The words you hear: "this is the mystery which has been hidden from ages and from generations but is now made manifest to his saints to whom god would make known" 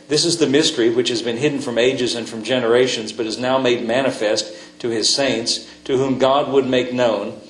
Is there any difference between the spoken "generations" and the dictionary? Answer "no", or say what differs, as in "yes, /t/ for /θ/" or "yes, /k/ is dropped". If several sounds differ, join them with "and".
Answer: no